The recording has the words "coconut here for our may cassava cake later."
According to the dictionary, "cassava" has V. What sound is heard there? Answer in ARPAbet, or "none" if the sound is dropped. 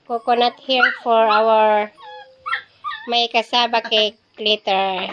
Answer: B